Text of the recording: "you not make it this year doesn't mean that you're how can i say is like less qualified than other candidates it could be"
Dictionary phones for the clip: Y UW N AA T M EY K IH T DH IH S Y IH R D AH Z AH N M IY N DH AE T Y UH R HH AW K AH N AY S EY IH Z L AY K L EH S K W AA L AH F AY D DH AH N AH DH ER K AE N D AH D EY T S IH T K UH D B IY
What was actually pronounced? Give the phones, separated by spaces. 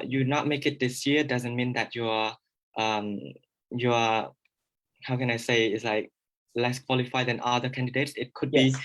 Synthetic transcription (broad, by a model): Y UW N AA T M EY K IH T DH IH S Y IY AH D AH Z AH N M IY N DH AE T Y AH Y HH AW K AH N AY S EY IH S L AY K L EH S K W AA L AH F AY D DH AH N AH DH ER K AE N D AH D EY T S IH T K UH D B IY